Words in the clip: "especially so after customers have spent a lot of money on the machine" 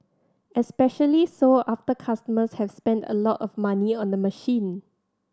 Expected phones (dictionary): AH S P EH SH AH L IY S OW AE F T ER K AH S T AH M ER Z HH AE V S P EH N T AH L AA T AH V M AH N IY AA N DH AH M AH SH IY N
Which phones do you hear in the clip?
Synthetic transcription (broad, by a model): AH S P EH SH AH L IY S OW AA F T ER K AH S T AH M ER S HH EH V S P EH N T AH L AA T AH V M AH N IY AA N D AH M AH SH IY N